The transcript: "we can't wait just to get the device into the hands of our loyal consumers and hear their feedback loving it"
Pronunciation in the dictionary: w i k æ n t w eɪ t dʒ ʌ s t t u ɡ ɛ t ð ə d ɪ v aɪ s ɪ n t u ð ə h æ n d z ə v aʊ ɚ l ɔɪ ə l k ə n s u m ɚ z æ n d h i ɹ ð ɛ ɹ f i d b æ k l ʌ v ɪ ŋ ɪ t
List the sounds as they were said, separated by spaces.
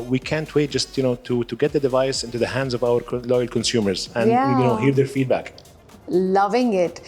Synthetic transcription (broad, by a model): w i k æ n t w eɪ t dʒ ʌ s t t u ɡ ɛ t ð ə d ɪ v aɪ s ɪ n t u ð ə h æ n d z ə v aʊ ɚ l ɔɪ ə l k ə n s u m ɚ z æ n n h i ɹ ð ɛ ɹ f i d b æ k l ʌ v ɪ ŋ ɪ t